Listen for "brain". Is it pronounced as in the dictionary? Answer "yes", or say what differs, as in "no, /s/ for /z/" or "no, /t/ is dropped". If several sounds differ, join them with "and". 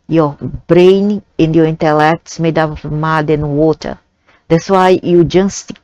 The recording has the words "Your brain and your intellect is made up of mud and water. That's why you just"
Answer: yes